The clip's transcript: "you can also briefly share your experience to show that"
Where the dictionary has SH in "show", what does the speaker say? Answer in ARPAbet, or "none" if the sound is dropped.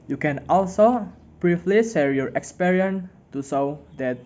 S